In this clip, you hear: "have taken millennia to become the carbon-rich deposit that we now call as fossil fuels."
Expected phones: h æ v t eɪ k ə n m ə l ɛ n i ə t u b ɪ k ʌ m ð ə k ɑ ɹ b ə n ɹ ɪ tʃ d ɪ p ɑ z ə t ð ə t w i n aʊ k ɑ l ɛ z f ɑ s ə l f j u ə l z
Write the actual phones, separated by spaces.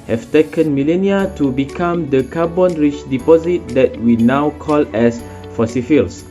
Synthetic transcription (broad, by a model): h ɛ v t eɪ k ə n m ə l ɛ n i ə t u b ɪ k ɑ m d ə k ɑ b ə n ɹ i tʃ d ɪ p ɑ z ə t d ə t w i n aʊ k ɑ l ɛ s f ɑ s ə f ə l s